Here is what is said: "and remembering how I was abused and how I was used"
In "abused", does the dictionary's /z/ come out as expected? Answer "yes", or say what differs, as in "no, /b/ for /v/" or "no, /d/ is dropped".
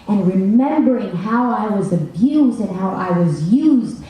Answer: yes